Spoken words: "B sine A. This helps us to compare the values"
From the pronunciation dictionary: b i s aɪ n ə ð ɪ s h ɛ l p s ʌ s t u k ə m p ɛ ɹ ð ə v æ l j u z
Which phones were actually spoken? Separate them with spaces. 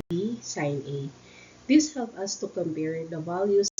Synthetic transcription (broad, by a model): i s aɪ n ə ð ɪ s h ɛ l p ʌ s t u k ə m p ɛ ɹ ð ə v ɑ l j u